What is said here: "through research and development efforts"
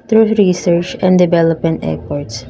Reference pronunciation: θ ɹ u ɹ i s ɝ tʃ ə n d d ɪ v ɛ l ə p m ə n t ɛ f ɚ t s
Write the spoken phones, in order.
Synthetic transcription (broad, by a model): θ ɹ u ɹ i s ɝ tʃ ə n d d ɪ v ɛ l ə p m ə n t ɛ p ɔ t s